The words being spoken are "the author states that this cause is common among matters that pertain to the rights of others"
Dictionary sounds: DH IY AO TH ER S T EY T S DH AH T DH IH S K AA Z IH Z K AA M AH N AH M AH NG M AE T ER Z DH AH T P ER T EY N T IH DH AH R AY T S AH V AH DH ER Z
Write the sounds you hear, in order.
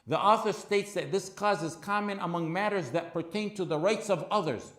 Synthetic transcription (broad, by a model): DH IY AO TH ER S T EY T S DH AH T DH IH S K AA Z IH Z K AA M AH N AH M AH NG M AE T ER Z DH AH T P ER T EY N T IH DH AH R AY T S AH V AH DH ER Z